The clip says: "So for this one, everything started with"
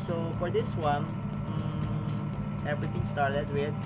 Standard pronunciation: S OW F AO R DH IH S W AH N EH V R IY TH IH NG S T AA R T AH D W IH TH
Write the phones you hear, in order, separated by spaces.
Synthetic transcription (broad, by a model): S OW F AO R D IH S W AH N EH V R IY T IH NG S T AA R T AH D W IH